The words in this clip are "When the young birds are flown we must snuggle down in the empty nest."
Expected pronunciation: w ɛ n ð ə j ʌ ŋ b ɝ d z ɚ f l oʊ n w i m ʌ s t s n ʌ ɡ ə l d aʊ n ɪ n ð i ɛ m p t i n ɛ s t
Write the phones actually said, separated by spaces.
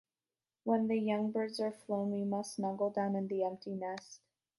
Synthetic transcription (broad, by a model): w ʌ n ð ə j ʌ ŋ b ɝ d z ɚ f l oʊ n w i m ʌ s s n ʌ ɡ l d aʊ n ɪ n ð i ɛ m p t i n ɛ s t